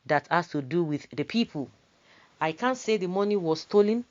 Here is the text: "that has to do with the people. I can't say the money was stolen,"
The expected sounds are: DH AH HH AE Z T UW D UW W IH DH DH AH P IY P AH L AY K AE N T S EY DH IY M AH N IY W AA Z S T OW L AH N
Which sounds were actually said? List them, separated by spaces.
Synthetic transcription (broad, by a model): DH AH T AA S T UW D UW W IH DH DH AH P IY P AH L AY K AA N T S EY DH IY M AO N IY W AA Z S T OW L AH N